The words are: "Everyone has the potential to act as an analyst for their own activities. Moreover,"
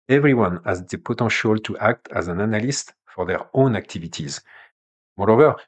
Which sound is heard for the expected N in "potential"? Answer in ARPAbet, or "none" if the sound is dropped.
none